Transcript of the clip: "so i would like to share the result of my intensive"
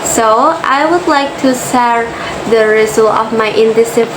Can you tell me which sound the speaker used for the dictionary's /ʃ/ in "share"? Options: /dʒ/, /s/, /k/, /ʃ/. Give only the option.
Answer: /s/